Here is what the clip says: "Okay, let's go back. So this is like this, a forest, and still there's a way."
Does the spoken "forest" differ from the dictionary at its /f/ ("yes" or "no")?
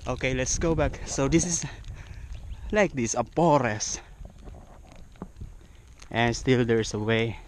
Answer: yes